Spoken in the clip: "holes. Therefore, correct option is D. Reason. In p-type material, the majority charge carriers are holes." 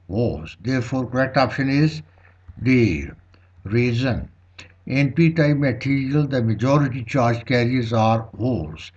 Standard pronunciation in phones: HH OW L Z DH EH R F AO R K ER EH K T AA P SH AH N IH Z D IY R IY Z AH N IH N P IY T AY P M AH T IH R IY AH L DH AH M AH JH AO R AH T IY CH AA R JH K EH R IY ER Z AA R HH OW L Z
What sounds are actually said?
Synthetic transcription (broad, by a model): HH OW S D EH R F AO R K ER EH K T AA P SH AH N IH Z D IY R IY Z AH N IH N P IY T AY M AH T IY R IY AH L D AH M AH JH AO R AH T IY CH AA R JH K EH R IY ER Z AA R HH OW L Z